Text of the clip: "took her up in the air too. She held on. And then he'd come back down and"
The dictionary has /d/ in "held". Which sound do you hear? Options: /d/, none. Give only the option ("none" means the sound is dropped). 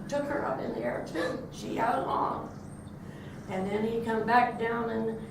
none